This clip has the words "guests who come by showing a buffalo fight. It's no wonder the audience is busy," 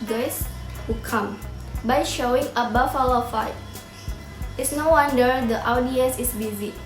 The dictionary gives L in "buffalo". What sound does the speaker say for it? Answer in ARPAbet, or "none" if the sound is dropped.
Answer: W